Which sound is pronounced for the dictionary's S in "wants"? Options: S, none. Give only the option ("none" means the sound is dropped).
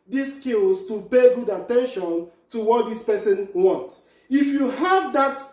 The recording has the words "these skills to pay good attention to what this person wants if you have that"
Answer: none